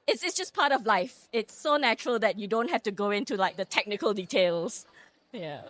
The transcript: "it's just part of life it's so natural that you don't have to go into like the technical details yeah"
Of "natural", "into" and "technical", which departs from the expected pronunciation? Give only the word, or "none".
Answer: none